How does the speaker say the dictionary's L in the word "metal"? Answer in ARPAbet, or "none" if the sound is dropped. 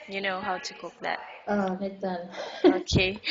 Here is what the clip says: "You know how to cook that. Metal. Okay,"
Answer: N